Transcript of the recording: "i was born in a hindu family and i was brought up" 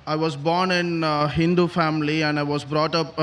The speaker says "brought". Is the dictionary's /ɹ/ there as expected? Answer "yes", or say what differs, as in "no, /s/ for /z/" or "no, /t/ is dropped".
yes